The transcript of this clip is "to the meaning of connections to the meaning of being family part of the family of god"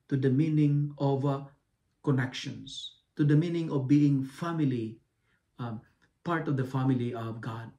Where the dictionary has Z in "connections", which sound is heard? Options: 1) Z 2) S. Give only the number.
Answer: 2